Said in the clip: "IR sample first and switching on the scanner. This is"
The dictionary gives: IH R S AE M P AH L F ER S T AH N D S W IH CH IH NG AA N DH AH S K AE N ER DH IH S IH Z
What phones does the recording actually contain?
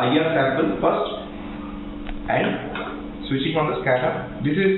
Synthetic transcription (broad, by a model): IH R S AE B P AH N F ER S T AH N D S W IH CH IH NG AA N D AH S K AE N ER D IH S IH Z